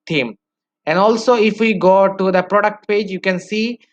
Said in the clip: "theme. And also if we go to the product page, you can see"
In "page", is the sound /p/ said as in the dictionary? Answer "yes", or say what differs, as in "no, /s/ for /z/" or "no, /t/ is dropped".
yes